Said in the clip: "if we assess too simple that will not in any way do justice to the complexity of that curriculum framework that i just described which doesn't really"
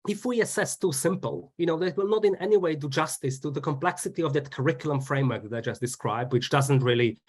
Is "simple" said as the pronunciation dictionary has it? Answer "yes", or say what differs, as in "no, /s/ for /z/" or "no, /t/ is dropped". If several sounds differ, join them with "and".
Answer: no, /n/ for /l/